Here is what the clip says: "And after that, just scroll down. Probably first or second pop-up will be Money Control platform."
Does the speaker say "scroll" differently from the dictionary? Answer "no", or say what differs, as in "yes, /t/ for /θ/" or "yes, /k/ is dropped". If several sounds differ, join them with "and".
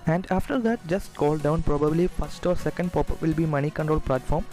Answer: yes, /ɹ/ is dropped